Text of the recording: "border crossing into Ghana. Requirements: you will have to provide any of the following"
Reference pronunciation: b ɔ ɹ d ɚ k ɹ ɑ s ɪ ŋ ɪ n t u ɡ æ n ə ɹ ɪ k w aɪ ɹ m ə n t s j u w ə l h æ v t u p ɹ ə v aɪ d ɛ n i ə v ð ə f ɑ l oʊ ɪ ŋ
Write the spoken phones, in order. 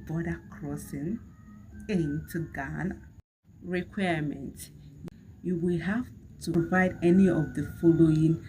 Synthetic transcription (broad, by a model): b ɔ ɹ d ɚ k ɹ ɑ s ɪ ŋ ɪ n t u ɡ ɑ n ɹ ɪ k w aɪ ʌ m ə n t j u w ə l h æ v t u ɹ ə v aɪ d ɛ n i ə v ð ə f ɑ l oʊ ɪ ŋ